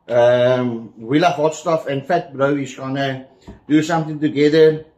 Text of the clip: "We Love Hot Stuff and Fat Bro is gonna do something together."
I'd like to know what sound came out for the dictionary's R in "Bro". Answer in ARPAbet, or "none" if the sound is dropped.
R